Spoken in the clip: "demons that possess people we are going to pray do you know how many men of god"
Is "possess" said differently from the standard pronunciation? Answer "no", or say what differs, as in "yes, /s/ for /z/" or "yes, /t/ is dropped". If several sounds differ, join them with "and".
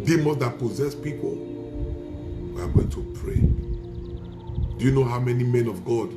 no